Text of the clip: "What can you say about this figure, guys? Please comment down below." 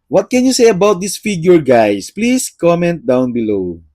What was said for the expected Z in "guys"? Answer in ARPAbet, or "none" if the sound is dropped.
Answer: S